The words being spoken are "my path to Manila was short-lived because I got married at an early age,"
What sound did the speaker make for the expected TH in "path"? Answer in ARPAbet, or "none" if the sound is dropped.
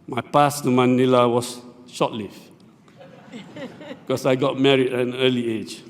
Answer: S